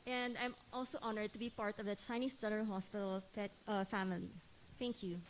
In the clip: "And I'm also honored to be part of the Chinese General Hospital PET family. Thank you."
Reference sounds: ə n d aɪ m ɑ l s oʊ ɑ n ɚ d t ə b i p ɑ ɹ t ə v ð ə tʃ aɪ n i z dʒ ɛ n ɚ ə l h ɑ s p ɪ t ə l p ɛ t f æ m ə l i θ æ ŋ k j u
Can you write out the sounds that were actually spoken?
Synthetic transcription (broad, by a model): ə n d aɪ m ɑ l s oʊ ɑ n ɚ d t ə b i p ɑ ɹ t ə v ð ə tʃ aɪ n i s dʒ ɛ n ɚ ə l h ɑ s p ɪ t ə l f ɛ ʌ f æ m ə l i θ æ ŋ k j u